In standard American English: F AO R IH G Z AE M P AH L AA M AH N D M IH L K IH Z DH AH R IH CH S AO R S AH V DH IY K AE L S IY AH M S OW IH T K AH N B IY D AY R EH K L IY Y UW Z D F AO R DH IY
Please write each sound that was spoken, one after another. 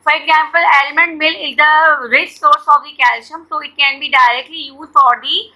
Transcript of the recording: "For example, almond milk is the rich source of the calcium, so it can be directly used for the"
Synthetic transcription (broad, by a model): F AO R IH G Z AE M P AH L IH M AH N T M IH L IH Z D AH R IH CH S AO R S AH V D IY K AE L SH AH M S OW IH T K AH N B IY D AY R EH K L IY Y UW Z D F AO R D IY